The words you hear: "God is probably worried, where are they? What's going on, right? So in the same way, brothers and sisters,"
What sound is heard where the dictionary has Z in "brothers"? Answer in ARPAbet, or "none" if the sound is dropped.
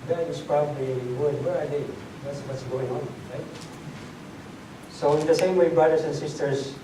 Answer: S